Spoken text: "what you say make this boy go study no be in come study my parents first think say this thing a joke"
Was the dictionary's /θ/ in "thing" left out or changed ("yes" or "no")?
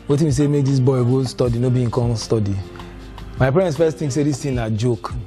yes